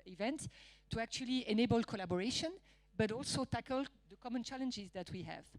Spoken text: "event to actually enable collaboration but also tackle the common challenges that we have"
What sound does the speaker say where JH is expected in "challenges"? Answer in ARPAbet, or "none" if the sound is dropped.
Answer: JH